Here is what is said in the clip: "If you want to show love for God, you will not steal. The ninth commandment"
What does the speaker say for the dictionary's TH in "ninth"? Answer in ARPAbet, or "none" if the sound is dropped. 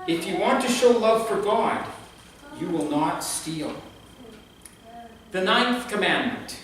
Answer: TH